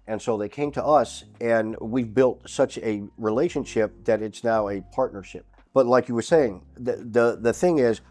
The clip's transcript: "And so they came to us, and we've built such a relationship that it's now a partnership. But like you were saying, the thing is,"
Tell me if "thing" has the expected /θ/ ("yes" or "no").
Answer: yes